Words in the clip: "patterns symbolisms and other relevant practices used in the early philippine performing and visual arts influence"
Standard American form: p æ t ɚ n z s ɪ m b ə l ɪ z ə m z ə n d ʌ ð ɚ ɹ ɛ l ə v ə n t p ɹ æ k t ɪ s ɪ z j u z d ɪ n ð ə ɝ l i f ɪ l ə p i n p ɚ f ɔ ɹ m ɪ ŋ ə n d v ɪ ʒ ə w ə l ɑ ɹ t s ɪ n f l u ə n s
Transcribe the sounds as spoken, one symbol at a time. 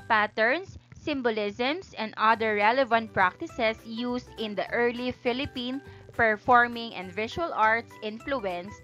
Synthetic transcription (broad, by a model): p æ t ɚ n s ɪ m b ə l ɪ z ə m s ə n d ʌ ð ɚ ɹ ɛ l ə v ə n t p ɹ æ k t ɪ s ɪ s j u s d ɪ n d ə ɝ l i f ɪ l ə p i n p ɚ f ɔ ɹ m ɪ ŋ ə n d v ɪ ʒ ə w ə l ɑ ɹ t s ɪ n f l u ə n s